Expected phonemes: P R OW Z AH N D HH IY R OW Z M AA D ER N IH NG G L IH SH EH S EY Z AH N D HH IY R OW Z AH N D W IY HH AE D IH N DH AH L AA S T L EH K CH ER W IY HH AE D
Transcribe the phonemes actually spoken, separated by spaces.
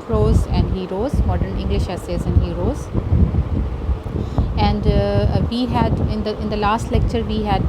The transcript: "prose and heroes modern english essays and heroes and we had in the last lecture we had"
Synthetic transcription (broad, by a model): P R OW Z AH N D HH IY R OW Z M AA D ER N IH NG G L IH SH EH S EY Z AH N D HH IY R OW Z AH N D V IY HH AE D IH N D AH L AA S T L EH K CH ER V IY HH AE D